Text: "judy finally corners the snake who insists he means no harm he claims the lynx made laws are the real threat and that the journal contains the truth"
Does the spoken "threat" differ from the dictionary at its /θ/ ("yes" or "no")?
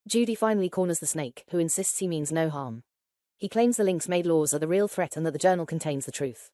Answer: no